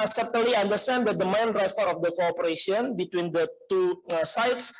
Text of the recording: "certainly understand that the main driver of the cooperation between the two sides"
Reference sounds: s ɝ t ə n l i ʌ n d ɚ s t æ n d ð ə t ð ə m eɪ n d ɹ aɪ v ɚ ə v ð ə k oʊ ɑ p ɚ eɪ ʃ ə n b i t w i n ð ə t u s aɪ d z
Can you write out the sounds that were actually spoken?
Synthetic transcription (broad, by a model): s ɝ t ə n l i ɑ n d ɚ s t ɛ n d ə t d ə m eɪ n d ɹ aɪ f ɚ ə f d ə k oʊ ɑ p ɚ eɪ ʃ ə n b i t w i n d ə t u s aɪ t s